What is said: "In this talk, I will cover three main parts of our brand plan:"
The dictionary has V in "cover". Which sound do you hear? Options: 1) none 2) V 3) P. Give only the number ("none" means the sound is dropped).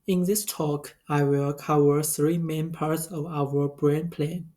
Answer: 1